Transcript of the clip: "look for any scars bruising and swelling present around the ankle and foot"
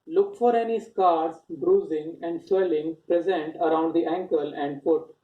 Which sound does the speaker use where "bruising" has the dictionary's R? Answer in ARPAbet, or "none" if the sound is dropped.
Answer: R